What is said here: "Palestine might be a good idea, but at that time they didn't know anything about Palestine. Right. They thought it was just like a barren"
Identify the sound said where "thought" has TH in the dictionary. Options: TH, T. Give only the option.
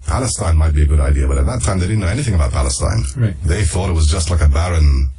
TH